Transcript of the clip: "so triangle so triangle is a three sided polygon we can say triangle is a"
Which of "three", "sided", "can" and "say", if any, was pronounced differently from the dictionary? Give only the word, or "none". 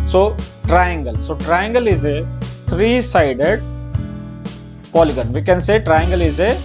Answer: three